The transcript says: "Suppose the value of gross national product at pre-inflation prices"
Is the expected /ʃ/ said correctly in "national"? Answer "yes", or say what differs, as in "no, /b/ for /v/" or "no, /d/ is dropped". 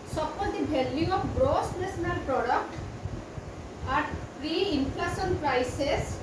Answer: no, /s/ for /ʃ/